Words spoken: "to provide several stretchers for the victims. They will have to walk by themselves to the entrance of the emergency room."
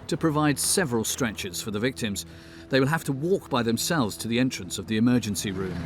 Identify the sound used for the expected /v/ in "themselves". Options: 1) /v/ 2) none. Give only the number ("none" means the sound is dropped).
1